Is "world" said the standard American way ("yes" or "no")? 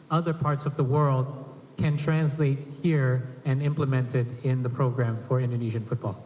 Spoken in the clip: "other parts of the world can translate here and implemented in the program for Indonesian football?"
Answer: yes